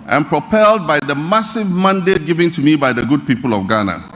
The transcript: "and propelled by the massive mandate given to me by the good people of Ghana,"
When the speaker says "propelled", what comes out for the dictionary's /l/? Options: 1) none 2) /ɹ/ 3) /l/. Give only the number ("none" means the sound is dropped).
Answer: 3